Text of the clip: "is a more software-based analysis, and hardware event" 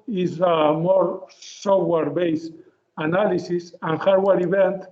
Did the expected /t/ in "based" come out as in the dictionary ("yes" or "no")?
no